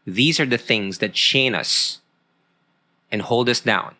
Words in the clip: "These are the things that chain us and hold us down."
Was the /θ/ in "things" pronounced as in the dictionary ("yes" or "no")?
yes